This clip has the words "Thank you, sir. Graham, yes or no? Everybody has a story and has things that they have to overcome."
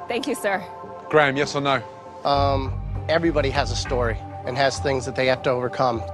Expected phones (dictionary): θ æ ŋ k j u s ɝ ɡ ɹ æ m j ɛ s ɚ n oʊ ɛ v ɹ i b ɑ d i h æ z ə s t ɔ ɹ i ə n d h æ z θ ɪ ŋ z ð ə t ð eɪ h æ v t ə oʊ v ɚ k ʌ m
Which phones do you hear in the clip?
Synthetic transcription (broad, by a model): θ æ ŋ k j u s ɝ ɡ ɹ æ m j ɛ s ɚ n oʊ ɛ v ɹ i b ɑ d i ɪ z ə s t ɔ ɹ i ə n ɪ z θ ɪ ŋ z ð ə t ð eɪ h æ f t ə oʊ v ɚ k ʌ m